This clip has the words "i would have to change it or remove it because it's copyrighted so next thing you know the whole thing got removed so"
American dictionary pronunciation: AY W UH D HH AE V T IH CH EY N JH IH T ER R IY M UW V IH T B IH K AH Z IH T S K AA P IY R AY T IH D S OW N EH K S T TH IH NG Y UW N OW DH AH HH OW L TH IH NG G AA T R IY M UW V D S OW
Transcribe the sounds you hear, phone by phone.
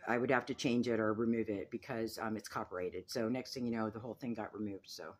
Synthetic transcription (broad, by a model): AY W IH D HH AE F T IH CH EY N JH IH T ER R IY M UW V IH T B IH K AH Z IH T S K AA P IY R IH T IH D S OW N EH K S T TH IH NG Y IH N OW DH AH HH OW L TH IH NG G AA T R IY M UW V D S OW